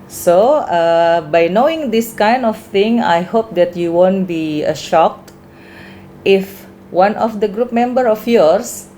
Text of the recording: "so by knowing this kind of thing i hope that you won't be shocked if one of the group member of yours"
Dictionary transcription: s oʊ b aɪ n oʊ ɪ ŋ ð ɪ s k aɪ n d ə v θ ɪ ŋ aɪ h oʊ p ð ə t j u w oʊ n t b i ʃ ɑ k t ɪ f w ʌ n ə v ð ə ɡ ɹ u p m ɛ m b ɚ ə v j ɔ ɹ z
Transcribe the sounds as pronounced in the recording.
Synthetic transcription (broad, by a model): s oʊ b aɪ n oʊ ɪ ŋ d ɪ s k aɪ n d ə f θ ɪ ŋ aɪ h oʊ p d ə t j u w oʊ n t b i ʃ ɑ k t ɪ f w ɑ n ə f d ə ɡ ɹ u p m ɛ m b ɚ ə f j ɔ ɹ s